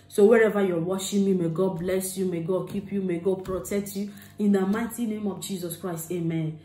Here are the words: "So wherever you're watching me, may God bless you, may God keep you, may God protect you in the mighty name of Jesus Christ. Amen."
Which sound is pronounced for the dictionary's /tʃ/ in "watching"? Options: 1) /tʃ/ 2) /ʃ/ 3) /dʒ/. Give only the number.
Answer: 2